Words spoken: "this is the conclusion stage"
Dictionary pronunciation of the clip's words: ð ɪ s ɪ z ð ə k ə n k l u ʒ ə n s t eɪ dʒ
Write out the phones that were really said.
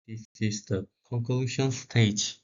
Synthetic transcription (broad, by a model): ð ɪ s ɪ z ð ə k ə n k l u ʃ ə n s t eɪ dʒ